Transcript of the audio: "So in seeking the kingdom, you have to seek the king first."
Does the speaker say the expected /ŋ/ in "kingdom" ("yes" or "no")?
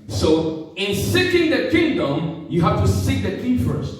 yes